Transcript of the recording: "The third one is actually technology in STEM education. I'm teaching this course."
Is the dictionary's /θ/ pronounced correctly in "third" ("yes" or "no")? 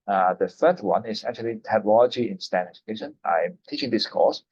no